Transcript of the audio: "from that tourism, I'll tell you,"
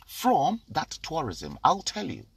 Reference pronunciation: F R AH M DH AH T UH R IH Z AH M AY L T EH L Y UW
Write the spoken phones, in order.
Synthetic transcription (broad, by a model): F R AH M DH AH T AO R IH Z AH M AY L T EH L Y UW